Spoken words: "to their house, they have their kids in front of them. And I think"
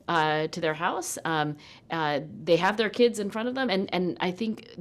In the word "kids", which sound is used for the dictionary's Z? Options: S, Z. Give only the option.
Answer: Z